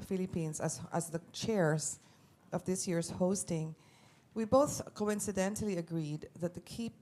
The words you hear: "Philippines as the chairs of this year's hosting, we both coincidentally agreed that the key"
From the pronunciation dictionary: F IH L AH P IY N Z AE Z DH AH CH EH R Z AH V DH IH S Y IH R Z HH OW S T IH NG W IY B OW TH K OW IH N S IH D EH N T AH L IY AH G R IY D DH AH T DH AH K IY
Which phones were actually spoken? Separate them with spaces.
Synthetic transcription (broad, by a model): F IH L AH P IY N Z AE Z DH AH CH EH R Z AH V DH IH S Y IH R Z HH OW S T IH NG W IY B OW TH K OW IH N S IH D EH N T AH L IY AH G R IY D DH AH T DH AH K IY